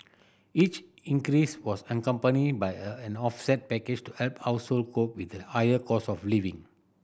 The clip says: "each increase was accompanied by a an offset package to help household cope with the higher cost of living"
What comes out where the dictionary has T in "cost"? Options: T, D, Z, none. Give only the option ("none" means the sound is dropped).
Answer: none